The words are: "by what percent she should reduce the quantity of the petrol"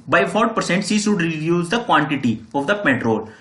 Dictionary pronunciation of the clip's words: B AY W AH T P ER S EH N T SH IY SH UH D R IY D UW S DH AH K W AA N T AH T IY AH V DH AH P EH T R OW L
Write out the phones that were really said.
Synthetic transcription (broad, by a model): B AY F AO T P ER S EH N T S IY SH UH D R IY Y UW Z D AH K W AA N T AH T IY AH V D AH P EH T R OW L